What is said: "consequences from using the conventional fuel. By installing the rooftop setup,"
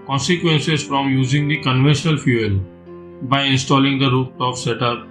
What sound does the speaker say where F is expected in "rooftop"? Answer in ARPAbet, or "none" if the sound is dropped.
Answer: none